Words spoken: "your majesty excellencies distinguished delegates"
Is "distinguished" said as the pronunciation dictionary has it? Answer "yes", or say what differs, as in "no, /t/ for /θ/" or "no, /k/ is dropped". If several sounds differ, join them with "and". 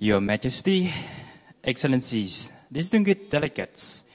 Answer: no, /ʃ/ is dropped